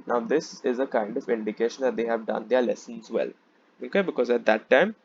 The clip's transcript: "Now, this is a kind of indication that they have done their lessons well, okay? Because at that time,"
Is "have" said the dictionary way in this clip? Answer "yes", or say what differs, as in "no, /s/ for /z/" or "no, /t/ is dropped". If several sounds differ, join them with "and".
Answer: yes